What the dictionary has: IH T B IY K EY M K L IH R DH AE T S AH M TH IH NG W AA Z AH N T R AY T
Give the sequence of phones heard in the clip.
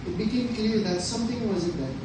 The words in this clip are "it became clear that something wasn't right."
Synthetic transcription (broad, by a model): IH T B IY K EY M K L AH R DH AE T S AH M T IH NG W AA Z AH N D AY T